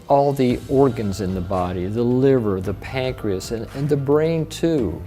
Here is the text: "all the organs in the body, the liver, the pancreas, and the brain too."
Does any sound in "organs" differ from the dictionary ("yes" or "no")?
no